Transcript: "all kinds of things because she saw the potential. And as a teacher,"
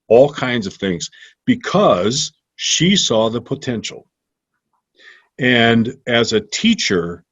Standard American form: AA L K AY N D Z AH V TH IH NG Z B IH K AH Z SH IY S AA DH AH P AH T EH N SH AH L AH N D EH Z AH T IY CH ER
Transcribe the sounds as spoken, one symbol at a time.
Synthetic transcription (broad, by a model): AA L K AY N D Z AH V TH IH NG Z B IH K AH Z SH IY S AA DH AH P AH T EH N SH L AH N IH Z AH T IY CH ER